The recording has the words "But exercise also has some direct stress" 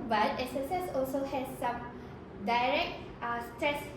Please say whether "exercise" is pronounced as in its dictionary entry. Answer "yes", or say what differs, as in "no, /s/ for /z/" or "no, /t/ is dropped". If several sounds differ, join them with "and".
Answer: no, /k/ is dropped and /s/ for /z/